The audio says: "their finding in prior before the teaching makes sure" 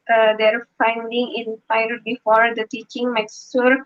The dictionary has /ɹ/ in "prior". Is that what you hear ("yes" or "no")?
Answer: no